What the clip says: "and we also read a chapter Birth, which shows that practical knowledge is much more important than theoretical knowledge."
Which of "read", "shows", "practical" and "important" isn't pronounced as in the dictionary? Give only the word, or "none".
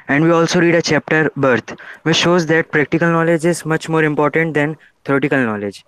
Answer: none